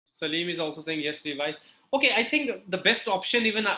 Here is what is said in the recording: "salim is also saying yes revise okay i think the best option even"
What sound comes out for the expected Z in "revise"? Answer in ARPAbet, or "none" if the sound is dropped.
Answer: none